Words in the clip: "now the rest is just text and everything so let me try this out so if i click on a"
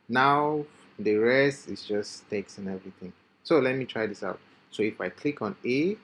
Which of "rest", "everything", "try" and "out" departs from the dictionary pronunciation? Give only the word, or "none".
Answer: everything